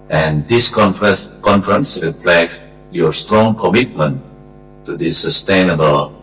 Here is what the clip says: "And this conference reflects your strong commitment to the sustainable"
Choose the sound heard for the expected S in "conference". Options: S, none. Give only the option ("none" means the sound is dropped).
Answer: S